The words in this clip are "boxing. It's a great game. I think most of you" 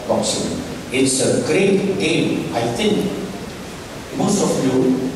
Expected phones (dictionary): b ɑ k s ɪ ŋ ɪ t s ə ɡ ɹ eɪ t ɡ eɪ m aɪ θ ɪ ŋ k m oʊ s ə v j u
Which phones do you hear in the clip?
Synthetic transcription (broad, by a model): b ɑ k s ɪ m ɪ t s ə ɡ ɹ eɪ t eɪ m aɪ t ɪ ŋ k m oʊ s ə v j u